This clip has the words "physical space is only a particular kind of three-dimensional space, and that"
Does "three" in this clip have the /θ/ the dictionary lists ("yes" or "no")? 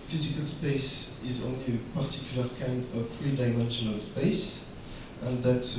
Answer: no